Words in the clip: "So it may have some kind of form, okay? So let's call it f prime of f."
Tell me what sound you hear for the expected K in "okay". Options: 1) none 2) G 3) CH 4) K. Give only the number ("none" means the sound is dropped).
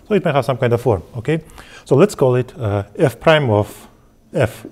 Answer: 4